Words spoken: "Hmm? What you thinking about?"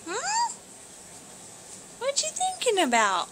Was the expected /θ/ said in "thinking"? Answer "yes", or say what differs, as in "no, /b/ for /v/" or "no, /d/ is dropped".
yes